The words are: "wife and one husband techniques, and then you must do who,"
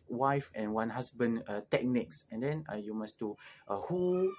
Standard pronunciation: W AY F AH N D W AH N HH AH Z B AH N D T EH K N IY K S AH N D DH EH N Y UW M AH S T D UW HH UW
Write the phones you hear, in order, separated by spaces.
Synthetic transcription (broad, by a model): W AY F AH N W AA N HH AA S B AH N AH T EH K N IY K S AH N D EH N Y UW M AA S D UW HH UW